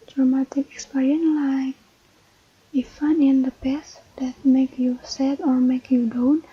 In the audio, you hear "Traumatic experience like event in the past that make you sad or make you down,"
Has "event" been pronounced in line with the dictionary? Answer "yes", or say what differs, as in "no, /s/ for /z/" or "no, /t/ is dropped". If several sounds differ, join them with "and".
no, /f/ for /v/ and /t/ is dropped